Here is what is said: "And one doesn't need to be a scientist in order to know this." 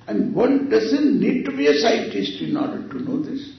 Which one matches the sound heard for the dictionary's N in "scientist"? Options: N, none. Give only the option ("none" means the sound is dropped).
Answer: none